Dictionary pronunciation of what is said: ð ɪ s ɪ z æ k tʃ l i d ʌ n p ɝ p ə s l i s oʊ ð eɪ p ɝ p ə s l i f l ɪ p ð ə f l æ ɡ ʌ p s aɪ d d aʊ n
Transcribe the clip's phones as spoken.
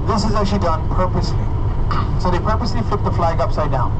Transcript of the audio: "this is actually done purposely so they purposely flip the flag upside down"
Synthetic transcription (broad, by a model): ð ɪ s ɪ z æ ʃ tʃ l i d ʌ n p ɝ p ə s l i s oʊ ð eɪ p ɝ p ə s l i f l ɪ p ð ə f l æ ɡ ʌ p s aɪ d d aʊ n